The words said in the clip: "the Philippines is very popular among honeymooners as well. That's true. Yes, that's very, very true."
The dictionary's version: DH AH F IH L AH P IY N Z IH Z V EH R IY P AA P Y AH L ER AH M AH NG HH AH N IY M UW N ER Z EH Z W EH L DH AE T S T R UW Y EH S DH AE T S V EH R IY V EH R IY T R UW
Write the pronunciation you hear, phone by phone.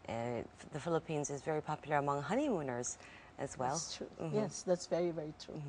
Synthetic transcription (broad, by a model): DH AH F IH L AH P IY N Z IH Z V EH R IY P AA P Y L ER AH M AH NG HH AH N IY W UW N ER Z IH Z W EH L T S T R UW Y EH S DH AE T S V EH R IY V EH R IY T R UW